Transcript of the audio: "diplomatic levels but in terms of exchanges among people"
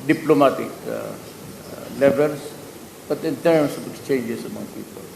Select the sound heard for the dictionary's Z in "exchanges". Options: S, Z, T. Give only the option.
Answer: S